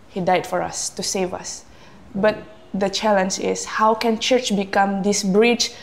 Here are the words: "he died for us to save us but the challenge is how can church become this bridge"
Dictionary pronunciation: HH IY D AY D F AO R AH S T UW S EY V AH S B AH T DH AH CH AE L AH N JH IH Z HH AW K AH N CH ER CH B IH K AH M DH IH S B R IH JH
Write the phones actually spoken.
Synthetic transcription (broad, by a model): HH IY D AY D F AO R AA S T UW S EY V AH S B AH T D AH CH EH L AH N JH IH S HH AW K AH N CH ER CH B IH K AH M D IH S B R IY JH